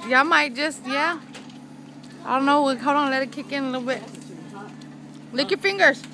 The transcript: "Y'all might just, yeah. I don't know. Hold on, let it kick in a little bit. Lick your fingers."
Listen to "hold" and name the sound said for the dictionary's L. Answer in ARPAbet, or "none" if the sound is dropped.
W